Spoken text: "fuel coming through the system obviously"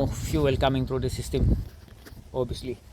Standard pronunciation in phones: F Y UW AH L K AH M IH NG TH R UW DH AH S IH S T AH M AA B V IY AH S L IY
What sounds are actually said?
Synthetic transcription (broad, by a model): F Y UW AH L K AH M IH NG T R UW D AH S IH S T AH M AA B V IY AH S L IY